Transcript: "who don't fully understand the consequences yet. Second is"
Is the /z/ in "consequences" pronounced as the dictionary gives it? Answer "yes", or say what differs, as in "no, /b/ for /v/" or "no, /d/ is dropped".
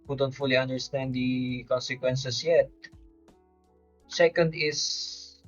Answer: no, /s/ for /z/